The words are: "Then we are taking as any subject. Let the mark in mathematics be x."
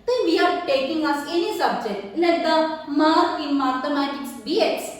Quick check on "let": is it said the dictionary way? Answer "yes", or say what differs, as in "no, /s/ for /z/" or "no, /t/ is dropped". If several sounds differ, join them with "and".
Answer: no, /n/ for /l/